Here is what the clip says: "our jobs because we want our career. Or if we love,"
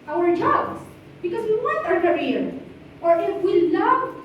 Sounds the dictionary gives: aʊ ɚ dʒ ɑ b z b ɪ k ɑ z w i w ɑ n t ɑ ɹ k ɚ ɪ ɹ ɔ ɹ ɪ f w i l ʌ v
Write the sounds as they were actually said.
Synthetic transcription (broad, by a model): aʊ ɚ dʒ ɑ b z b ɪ k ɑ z w i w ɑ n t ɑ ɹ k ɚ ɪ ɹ ɔ ɹ ɪ f w i l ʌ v